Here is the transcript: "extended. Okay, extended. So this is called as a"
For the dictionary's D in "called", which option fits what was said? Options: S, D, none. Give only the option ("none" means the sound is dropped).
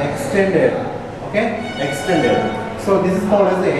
none